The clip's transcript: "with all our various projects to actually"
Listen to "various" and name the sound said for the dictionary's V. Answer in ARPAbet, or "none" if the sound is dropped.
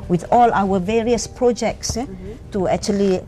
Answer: V